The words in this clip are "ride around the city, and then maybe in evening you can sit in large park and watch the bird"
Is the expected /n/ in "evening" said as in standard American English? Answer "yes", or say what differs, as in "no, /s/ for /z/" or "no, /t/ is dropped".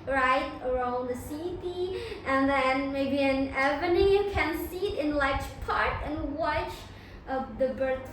no, /n/ is dropped